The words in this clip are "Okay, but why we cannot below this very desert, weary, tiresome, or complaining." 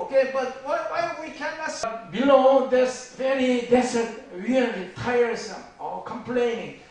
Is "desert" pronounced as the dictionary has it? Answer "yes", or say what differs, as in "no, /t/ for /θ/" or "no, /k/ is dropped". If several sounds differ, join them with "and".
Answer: no, /s/ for /z/